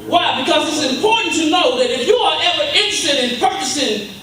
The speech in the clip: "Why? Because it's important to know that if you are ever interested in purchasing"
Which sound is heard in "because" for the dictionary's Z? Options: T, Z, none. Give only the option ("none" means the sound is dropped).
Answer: Z